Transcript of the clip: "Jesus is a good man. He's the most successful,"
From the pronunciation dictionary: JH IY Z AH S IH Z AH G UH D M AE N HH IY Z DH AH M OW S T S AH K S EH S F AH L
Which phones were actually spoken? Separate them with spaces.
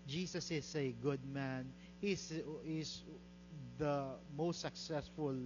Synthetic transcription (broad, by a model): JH IY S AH S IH S AH G UH D M AE N HH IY S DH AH M OW S T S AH K S EH S F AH L